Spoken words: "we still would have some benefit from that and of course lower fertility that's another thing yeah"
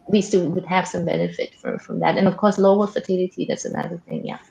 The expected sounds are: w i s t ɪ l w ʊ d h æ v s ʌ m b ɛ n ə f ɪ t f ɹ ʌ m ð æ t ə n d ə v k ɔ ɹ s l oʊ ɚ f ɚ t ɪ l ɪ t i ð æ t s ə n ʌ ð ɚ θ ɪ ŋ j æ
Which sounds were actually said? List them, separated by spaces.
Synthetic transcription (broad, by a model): w i s t ɪ l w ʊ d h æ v s ʌ m b ɛ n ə f ɪ t f ɹ ʌ m ð æ t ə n ə v k ɔ ɹ s l oʊ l f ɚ t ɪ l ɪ t i ð æ t s ə n ʌ ð ɚ θ ɪ ŋ j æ